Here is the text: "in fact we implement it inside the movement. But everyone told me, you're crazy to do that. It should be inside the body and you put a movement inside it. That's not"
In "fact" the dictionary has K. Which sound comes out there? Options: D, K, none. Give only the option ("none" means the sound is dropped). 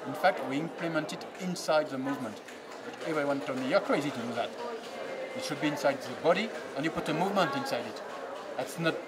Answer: K